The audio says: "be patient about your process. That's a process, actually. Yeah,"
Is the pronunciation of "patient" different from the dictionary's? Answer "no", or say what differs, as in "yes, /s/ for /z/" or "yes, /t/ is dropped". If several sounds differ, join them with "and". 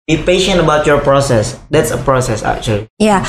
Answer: no